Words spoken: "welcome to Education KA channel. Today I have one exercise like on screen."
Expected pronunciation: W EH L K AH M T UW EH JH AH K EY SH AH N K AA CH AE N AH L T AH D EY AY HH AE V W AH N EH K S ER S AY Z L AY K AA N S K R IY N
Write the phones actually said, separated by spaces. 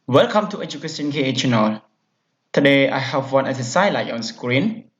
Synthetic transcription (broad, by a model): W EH L K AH M T UW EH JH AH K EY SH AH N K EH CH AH N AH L T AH D EY AY HH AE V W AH N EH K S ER S AY L AY AA N S K R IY N